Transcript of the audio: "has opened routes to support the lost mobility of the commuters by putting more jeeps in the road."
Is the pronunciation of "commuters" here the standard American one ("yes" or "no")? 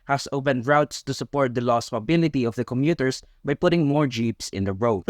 no